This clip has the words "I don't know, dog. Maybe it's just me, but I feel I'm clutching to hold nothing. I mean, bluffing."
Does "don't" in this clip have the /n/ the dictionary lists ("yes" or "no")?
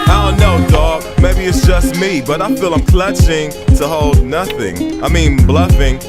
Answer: no